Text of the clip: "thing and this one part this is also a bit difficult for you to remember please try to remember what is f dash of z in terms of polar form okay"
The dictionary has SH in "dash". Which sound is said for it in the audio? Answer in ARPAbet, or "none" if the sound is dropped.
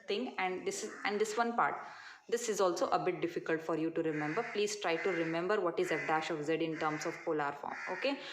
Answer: SH